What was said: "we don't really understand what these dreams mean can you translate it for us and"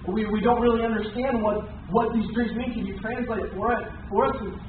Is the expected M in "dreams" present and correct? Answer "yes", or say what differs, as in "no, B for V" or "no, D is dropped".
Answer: no, M is dropped